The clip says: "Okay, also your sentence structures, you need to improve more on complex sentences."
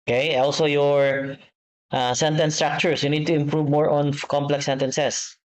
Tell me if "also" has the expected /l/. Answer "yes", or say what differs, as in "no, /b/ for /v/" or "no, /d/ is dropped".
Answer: yes